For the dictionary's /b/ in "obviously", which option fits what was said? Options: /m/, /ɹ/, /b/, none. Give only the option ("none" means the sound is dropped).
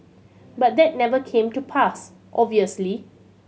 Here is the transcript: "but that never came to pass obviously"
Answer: none